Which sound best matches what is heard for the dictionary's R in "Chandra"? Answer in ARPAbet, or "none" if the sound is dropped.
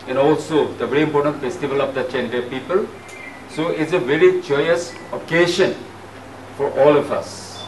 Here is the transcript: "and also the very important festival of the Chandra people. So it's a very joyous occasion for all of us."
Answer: none